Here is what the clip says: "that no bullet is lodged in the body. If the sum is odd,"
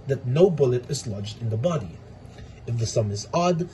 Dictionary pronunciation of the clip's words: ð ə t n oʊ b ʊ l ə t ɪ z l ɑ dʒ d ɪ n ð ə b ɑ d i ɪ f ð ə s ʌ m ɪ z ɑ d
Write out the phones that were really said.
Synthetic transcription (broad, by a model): ð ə t n oʊ b ʊ l ə t ɪ z l ɑ dʒ d ɪ n ð ə b ɑ d i ɪ f ð ə s ʌ m ɪ z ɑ d